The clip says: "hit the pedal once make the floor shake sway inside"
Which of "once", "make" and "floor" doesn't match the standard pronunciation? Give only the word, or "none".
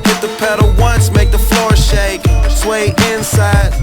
none